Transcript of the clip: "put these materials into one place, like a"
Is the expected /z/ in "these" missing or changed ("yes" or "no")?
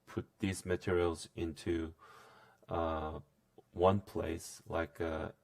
no